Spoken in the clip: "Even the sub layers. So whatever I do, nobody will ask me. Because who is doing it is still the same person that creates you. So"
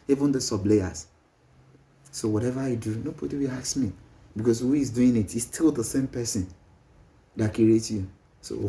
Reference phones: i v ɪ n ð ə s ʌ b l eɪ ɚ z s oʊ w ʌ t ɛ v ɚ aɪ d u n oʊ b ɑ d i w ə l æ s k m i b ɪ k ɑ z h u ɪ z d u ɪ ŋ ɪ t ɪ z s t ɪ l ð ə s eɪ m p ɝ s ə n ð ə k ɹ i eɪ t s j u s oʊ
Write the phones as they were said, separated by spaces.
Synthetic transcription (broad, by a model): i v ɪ n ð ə s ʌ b l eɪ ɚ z s oʊ w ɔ t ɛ v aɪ d u n oʊ b ɑ d i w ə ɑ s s m i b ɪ k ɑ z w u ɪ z d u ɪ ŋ ɪ t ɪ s t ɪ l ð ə s eɪ m p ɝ s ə n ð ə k ɹ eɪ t j u s oʊ